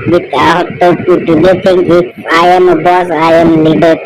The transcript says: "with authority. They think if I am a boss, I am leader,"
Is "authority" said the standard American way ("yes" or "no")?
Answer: no